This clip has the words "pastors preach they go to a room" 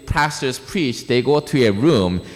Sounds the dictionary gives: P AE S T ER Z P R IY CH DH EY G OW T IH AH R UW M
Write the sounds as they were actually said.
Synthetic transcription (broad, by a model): P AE S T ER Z P R IY CH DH EY G OW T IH AH R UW M